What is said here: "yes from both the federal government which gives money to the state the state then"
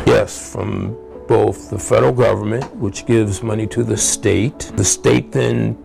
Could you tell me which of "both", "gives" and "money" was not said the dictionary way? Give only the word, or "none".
none